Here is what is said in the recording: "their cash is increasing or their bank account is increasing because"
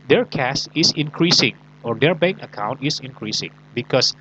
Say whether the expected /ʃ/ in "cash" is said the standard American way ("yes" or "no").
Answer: no